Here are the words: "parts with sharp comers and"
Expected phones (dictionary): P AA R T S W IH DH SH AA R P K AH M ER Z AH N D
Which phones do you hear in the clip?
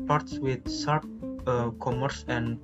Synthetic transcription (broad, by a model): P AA R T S W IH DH S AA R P K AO M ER S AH N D